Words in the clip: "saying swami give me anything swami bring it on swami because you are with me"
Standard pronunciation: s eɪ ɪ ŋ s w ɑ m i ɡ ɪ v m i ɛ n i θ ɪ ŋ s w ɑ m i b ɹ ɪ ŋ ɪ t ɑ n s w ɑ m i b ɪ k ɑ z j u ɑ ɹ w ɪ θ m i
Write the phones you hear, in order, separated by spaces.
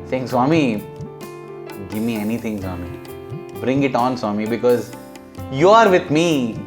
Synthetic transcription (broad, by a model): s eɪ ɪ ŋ s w ɑ m i ɡ ɪ v m i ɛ n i t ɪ ŋ s w ɑ m i b ɹ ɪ ŋ ɪ t ɑ n s w ɑ m i b ɪ k ɑ z j u ɑ ɹ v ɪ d m i